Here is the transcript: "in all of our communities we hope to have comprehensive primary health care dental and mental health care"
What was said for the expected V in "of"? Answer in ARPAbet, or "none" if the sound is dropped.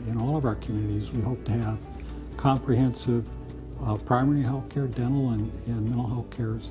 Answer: V